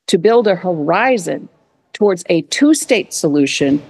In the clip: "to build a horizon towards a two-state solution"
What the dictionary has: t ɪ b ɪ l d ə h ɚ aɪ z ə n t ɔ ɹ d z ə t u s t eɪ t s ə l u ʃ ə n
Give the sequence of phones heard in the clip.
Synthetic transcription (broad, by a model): t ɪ b ɪ l d ə h ɚ aɪ z ə n t ɔ ɹ d z ə t u s t eɪ t s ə l u ʃ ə n